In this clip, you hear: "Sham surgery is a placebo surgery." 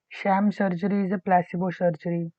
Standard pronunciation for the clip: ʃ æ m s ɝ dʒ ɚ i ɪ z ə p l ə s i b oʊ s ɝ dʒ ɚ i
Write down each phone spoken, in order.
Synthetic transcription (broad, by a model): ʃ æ m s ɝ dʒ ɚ i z p l ə s i b oʊ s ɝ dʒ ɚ i